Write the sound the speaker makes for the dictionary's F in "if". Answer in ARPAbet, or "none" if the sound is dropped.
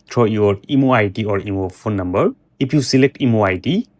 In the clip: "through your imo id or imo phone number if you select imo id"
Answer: P